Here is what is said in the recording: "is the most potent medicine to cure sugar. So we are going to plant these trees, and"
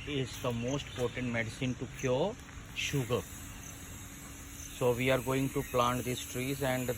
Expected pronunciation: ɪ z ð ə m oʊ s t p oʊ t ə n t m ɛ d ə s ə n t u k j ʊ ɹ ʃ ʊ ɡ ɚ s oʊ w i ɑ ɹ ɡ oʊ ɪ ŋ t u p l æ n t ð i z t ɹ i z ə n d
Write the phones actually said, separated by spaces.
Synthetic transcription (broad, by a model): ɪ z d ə m oʊ s t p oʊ t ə n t m ɛ d ə s ə n t u k j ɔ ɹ ʃ ʊ ɡ ɚ s oʊ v i ɑ ɹ ɡ oʊ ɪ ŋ t u p l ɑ n t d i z t ɹ i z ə n d